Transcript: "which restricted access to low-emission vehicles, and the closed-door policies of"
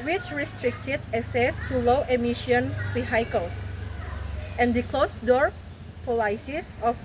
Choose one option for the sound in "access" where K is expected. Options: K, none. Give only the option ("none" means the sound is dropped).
none